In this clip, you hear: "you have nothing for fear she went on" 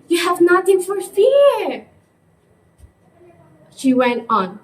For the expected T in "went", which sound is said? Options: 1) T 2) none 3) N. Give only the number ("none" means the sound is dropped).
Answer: 1